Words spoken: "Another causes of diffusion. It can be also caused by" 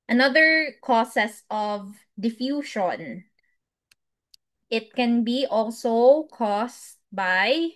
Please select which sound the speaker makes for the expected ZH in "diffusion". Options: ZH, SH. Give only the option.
SH